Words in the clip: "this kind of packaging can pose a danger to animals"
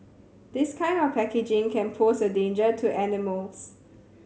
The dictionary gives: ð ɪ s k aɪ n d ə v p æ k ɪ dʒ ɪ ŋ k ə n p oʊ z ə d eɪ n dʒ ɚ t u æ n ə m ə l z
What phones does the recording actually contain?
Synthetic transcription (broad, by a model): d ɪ s k aɪ n d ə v p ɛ k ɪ dʒ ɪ ŋ k ə n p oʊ s ə d eɪ n dʒ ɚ t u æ n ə m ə l s